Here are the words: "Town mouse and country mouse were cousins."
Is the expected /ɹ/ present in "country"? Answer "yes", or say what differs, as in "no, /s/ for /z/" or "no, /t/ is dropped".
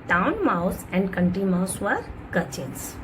no, /ɹ/ is dropped